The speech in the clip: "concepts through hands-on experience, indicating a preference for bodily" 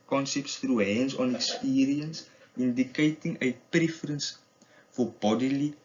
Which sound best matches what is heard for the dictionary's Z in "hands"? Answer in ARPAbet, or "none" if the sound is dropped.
S